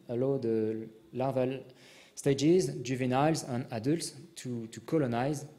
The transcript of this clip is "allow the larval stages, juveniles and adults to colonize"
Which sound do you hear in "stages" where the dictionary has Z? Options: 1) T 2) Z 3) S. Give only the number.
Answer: 2